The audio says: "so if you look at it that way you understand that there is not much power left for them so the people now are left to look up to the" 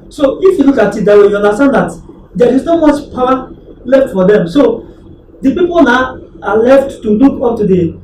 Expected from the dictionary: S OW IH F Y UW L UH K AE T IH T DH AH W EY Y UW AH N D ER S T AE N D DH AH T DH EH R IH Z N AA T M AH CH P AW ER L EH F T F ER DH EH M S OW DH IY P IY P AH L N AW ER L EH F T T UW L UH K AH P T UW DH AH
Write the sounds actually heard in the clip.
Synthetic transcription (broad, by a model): S OW IH F Y UW L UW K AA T IH T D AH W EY Y UW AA N D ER S T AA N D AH T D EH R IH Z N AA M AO S P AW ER L EH F T F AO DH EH M S OW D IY P IY P AH L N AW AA L EH F T T UW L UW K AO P T UW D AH